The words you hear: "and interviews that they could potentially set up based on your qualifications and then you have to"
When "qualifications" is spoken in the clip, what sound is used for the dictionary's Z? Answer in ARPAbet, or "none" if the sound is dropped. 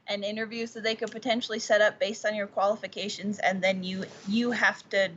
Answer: Z